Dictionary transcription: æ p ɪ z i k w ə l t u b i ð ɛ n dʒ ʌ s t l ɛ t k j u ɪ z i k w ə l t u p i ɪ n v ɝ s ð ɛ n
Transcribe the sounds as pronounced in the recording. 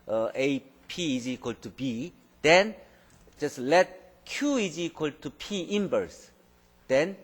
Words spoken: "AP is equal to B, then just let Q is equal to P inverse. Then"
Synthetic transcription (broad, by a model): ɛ p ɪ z i k w ə l t u b i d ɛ n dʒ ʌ s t l ɛ t k j u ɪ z i k w ə l t u p i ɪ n b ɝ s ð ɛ n